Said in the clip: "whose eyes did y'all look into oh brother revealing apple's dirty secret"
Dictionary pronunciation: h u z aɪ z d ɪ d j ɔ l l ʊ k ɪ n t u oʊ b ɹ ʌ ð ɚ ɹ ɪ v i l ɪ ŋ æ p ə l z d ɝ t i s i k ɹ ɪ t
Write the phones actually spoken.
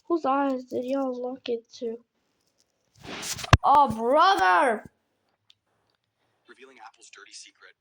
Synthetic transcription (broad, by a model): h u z aɪ z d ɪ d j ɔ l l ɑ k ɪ t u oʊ b ɹ ʌ ð ɚ ɹ ɪ v i l ɪ ŋ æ p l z d ɝ t i s i k ɹ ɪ t